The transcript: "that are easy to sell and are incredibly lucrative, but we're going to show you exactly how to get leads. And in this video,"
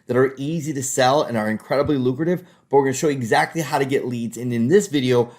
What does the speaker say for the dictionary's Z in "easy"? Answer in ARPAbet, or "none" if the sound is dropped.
Z